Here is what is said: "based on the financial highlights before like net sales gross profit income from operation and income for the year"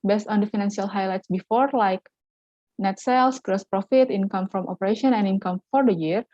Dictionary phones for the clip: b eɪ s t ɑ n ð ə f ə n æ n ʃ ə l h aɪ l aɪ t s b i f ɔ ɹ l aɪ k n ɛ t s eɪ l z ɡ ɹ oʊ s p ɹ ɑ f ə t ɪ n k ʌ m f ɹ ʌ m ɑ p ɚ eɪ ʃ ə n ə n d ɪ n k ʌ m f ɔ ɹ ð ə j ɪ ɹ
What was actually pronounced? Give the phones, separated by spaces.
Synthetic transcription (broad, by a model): b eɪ s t ɑ n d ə f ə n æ n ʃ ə l h aɪ l aɪ t s b i f ɔ ɹ l aɪ k n ɛ t s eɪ l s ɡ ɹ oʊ s p ɹ ɑ f ə t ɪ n k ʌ m f ɹ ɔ m ɑ p ɚ eɪ ʃ ə n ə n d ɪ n k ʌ m f ɔ ɹ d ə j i ɹ